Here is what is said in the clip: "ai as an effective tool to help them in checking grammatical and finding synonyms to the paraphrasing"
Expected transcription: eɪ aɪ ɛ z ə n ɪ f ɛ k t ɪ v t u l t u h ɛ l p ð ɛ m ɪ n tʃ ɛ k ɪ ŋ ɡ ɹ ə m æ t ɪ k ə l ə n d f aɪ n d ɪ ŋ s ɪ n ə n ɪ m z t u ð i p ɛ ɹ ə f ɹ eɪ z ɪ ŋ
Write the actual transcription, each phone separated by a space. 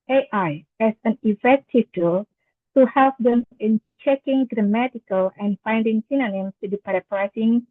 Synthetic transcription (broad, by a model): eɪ aɪ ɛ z ə n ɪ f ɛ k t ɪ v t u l t u h ɛ l p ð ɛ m ɪ n tʃ ɛ k ɪ ŋ ɡ ɹ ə m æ t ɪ k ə l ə n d f aɪ n d ɪ ŋ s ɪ n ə n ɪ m s t u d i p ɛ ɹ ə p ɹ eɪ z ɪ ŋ